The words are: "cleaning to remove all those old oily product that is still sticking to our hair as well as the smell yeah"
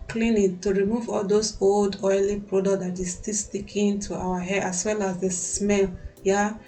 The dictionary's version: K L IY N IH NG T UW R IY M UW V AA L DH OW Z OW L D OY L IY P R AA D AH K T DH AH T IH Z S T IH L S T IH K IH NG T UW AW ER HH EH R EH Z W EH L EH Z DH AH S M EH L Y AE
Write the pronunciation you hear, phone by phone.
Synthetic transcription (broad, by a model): K L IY N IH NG T UW R IY M UW V AA L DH OW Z OW L D OY L IY P R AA D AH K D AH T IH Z S T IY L S T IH K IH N T UW AW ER HH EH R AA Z W EH L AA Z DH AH S M EH L Y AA